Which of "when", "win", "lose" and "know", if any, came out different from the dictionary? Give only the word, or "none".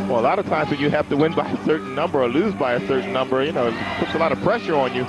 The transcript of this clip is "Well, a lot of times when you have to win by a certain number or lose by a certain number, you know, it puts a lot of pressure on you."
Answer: none